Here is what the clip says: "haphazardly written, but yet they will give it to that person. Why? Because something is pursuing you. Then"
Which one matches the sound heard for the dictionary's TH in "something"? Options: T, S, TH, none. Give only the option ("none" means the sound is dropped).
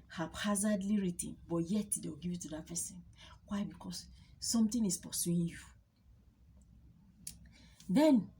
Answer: T